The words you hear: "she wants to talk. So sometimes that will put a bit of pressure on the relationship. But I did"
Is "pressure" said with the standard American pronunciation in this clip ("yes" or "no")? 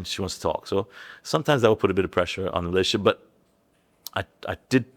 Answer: yes